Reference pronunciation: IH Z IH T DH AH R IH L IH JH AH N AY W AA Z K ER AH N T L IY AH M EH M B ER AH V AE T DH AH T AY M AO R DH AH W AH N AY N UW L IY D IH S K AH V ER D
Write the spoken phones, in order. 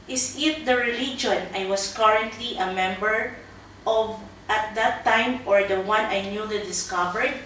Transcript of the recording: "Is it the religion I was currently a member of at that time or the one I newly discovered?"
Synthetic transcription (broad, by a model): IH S IH T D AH R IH L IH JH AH N AY W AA S K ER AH N T L IY AH M EH M B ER AH V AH T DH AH T AY M AO R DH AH W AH N AY N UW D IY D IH S K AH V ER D